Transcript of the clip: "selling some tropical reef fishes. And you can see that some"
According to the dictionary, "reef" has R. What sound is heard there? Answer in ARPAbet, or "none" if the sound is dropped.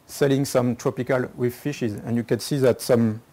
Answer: W